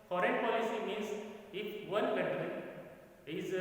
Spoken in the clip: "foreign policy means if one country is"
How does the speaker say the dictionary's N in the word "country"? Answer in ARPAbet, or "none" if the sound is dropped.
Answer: none